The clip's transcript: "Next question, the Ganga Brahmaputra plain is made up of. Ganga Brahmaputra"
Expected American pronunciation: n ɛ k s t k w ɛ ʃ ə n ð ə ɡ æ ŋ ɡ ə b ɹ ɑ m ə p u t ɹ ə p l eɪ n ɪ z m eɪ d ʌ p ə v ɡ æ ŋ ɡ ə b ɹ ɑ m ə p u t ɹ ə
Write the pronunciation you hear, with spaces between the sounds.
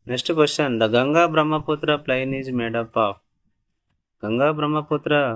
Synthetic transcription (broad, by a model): n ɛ k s t k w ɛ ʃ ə n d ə ɡ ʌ ŋ ɡ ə b ɹ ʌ m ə p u t ɹ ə p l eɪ n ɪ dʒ m eɪ d ʌ p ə p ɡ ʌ ŋ ɡ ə b ɹ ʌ m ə p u t ɹ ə